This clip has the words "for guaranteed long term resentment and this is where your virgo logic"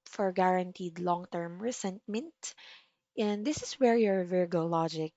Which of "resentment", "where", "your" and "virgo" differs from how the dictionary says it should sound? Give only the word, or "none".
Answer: resentment